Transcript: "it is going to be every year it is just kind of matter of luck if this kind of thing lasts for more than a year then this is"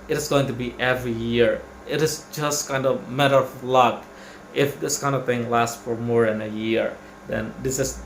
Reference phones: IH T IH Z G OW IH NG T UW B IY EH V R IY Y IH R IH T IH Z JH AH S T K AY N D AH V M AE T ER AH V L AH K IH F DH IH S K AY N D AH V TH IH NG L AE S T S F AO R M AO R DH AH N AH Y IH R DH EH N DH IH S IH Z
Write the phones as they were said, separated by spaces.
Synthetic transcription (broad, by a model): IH T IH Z G OW IH NG T UW B IY EH V R IY Y IH R IH T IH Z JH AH S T K AY N D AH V M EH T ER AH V L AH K IH F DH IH S K AY N D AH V TH IH NG L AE S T F AO R M AO R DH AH N AH Y IH R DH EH N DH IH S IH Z